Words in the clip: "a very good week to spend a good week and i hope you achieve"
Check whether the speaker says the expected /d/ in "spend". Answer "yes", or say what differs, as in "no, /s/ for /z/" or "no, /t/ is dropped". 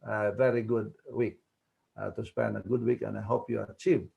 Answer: no, /d/ is dropped